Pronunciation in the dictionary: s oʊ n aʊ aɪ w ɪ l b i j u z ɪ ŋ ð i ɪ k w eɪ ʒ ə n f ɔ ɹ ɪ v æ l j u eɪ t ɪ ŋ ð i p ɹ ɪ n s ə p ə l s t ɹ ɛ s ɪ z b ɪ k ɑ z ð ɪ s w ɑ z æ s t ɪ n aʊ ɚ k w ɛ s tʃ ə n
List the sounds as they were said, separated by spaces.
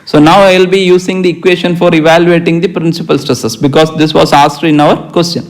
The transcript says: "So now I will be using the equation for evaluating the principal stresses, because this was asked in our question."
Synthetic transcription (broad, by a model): s oʊ n aʊ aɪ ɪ l b i j u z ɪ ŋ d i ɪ k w eɪ ʃ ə n f ɔ ɹ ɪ v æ l j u eɪ t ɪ ŋ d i p ɹ ɪ n s ə p ə l s t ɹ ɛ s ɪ s b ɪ k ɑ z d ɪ s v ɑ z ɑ s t ɪ n aʊ ɚ k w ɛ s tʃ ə n